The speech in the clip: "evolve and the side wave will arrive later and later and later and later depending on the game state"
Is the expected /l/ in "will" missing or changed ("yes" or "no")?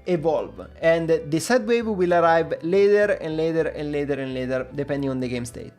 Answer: no